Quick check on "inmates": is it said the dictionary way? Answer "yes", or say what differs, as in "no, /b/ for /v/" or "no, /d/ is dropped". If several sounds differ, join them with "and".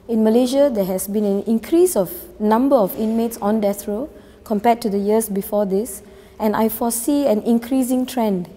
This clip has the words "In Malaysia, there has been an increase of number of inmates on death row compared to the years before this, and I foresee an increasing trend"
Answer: yes